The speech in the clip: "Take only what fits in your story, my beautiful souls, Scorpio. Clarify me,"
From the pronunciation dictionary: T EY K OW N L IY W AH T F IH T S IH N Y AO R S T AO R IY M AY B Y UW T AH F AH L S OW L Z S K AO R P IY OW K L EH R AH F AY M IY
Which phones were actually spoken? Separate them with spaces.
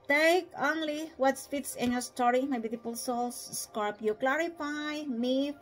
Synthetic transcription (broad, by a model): T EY K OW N L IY W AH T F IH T S IH N Y AO R S T AO R IY M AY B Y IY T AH P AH L S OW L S S K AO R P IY K L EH R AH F AY M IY